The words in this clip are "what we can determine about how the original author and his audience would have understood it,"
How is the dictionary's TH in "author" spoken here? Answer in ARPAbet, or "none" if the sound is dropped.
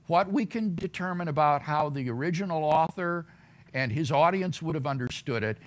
TH